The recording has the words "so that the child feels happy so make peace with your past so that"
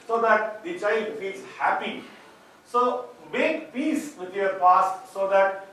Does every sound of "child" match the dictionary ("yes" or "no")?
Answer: no